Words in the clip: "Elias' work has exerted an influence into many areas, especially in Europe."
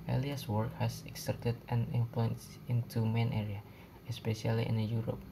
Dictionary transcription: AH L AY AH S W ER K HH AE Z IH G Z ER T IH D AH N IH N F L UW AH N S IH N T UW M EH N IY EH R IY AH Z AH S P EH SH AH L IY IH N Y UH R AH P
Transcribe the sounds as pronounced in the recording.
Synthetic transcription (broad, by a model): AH L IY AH S W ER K HH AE S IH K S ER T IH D AH N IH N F L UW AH N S IH N T UW M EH N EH R IY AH AH S P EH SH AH L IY IH N Y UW R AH P